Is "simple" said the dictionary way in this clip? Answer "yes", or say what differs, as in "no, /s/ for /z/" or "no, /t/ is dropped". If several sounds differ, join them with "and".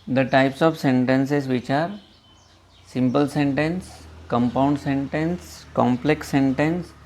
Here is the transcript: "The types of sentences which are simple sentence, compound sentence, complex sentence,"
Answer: yes